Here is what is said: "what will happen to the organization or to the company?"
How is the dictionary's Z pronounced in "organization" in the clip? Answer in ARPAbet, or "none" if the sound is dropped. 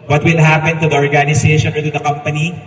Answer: S